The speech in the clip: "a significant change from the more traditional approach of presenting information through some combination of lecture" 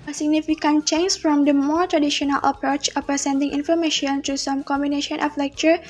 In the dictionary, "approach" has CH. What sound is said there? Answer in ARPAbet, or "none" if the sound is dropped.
CH